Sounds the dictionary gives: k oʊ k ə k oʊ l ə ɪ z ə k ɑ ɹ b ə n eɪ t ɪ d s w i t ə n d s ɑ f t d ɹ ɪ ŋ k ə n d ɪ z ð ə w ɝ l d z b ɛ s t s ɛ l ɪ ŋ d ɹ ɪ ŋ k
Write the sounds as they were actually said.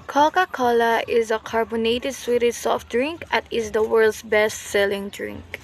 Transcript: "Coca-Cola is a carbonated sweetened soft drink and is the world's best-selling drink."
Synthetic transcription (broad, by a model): k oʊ k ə k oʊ l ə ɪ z ə k ɑ ɹ b ə n eɪ t ɪ d s w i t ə d s ɑ f t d ɹ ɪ ŋ k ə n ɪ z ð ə w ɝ l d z b ɛ s t s ɛ l ɪ ŋ d ɹ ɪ ŋ k